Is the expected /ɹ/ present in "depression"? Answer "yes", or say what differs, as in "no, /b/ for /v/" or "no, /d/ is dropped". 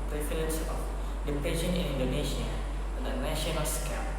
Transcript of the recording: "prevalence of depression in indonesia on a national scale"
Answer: no, /ɹ/ is dropped